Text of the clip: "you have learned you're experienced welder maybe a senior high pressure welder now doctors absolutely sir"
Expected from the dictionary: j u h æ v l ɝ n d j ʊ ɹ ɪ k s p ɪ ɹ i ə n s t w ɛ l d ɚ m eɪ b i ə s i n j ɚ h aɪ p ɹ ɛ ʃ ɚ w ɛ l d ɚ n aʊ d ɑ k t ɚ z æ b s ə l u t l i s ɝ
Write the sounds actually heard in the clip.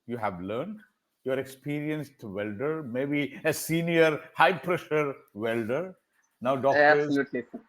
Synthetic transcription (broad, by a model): j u h æ v l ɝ n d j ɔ ɹ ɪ k s p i ɹ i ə n s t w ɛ l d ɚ m eɪ b i ə s i n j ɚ h aɪ p ɹ ɛ ʃ ɚ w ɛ l d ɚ n aʊ d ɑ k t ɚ ʌ s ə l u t l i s